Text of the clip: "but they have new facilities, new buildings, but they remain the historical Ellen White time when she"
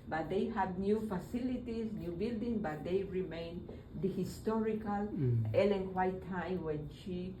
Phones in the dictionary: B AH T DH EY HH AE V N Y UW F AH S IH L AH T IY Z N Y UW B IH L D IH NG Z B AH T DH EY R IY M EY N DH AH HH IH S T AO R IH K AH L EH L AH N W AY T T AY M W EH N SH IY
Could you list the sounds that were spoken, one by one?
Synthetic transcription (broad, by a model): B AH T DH EY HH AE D N Y UW F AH S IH L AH T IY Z N Y UW B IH L D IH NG B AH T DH EY R IY M EY N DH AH HH IH S T AO R IH K AH L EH L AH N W AY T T AY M W EH N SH IY